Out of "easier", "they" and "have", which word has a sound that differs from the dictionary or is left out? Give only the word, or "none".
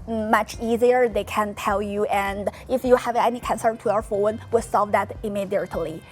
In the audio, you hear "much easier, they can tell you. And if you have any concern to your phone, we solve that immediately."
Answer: none